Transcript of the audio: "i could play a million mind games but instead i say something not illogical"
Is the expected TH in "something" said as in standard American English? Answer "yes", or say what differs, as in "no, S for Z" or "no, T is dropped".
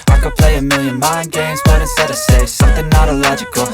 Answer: yes